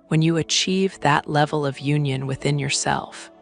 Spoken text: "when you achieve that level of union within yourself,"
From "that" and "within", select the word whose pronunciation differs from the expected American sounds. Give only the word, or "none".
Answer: none